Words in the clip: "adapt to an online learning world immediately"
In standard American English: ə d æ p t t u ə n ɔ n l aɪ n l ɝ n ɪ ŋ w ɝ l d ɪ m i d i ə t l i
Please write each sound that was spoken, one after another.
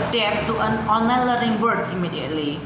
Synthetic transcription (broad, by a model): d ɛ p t t u ə n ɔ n l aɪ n l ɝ ɪ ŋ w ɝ d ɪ m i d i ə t l i